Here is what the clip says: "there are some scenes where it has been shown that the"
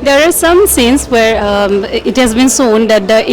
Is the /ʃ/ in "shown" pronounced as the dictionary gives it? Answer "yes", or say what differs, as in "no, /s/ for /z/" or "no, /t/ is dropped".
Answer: no, /s/ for /ʃ/